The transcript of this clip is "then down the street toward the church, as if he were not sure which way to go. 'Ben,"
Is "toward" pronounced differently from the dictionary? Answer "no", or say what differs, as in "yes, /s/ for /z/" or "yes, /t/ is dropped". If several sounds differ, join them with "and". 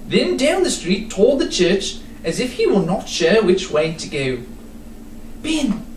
yes, /l/ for /ɹ/